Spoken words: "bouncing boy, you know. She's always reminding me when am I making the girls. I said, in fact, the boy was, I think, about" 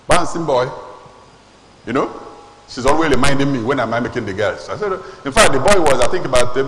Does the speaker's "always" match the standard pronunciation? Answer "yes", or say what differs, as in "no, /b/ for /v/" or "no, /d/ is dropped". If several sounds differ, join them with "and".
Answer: no, /z/ is dropped